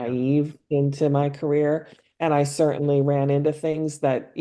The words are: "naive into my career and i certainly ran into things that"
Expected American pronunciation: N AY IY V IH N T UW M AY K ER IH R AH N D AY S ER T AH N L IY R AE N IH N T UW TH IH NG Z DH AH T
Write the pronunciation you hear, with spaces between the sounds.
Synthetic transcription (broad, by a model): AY IY V IH N T UW M AY K ER IH R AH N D AY S ER T N L IY R AE N IH N T UW TH IH NG Z DH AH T